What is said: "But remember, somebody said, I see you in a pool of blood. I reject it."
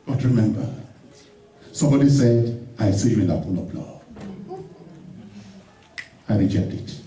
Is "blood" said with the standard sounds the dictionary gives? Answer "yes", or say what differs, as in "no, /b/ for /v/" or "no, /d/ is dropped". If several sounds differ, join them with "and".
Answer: no, /d/ is dropped